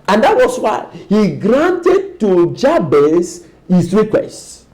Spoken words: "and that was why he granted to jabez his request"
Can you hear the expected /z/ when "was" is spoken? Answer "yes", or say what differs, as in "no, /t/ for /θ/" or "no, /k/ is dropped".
no, /s/ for /z/